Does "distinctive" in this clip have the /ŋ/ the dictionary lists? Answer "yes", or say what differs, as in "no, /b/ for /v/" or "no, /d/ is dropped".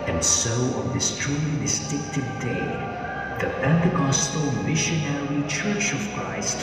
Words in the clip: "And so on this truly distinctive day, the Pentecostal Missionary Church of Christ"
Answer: no, /ŋ/ is dropped